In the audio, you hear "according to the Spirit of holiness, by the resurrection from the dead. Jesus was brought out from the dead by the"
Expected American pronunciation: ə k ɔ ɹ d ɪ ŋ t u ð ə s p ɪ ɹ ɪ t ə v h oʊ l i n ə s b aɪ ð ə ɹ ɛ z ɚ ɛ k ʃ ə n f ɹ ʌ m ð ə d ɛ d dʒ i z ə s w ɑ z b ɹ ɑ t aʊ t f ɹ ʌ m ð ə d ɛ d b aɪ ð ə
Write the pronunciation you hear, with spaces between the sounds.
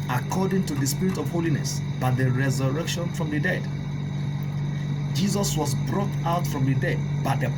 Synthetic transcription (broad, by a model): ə k ɔ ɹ d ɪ ŋ t u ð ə s p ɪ ɹ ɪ t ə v h oʊ l i n ə s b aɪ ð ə ɹ ɛ z ɚ ɛ k ʃ ə n f ɹ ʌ m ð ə d ɛ d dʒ i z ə s w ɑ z b ɹ ɑ t aʊ t f ɹ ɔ m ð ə d ɛ d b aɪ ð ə